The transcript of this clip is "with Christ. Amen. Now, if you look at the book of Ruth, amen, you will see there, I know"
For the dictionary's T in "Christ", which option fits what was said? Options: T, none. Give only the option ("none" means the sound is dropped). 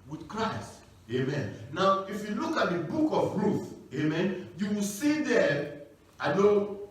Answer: T